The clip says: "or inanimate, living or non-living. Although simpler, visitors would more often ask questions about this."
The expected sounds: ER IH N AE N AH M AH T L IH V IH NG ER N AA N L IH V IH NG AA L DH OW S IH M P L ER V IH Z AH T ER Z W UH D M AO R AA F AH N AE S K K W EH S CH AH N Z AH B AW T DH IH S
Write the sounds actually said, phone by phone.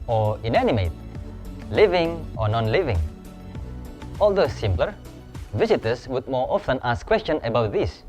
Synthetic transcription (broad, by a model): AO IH N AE N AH M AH T L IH V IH NG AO N AA N L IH V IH NG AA L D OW S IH M P L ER V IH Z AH T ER S W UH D M AO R AA F AH N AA S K K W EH S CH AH N AH B AW T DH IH S